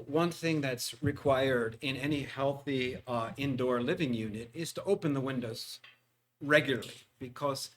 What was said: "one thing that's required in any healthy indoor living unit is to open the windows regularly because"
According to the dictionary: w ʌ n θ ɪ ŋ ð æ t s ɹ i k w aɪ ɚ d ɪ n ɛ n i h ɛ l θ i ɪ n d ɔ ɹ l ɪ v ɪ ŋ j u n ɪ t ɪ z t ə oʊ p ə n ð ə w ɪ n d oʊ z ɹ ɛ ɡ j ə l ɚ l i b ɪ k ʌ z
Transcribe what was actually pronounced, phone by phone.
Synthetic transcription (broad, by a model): w ʌ n θ ɪ ŋ ð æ t s ɹ i k w aɪ ɚ d ɪ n ɛ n i h ɛ l θ i ɪ n d ɔ ɹ l ɪ v ɪ ŋ j u n ɪ t ɪ z t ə oʊ p ə n ð ə w ɪ n d oʊ z ɹ ɛ ɡ j l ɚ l i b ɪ k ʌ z